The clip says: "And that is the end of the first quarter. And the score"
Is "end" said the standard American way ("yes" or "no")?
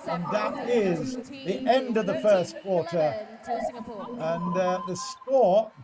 yes